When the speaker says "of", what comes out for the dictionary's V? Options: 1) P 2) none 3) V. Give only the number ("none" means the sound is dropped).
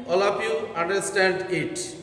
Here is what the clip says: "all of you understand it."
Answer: 1